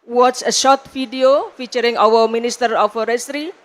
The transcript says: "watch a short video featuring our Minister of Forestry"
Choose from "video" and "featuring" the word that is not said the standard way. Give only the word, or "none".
video